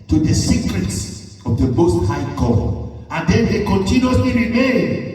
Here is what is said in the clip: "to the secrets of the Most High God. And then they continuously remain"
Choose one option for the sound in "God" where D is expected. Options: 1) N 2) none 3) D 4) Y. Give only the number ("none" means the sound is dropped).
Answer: 2